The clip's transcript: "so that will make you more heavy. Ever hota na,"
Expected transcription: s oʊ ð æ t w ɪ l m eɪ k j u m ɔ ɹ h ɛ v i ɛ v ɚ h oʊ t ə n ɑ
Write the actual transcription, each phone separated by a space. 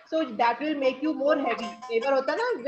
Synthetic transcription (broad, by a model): s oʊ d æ t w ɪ l m eɪ k j u m ɔ ɹ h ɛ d i ɛ b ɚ h oʊ t ə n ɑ